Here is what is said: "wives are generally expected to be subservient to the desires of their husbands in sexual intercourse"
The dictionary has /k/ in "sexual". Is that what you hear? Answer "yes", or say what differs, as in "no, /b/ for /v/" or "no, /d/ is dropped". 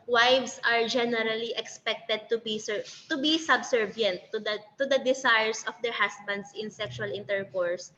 yes